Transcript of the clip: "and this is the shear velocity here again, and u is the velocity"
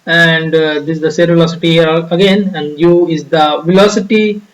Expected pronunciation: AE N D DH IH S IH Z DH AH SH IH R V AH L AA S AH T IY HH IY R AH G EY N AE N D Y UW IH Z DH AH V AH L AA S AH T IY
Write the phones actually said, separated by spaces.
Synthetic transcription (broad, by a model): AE N D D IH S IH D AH S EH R V AH L AA S AH T IY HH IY R AH G EY N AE N D Y UW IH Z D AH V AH L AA S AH T IY